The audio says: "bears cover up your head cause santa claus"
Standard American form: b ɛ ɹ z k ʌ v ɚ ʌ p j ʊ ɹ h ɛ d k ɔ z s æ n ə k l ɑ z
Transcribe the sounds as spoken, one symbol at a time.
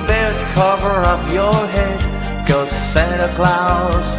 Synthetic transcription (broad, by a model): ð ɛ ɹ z k ʌ v ɚ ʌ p j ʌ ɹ h ɛ d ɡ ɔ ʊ s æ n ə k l ɑ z